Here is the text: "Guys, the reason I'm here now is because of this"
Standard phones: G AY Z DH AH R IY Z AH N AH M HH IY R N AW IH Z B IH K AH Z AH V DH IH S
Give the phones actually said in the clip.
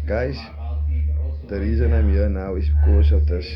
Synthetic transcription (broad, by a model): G AY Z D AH R IY Z AH N AH M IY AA N AW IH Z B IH K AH S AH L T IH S